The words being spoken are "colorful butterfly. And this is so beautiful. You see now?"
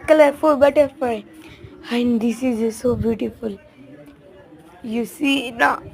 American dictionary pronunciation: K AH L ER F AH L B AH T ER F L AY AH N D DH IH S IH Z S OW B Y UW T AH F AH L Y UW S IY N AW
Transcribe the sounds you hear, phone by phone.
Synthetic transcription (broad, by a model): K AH L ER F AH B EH T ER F AY AH N D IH S IH Z S OW B Y UW T AH F AH L Y UW S IY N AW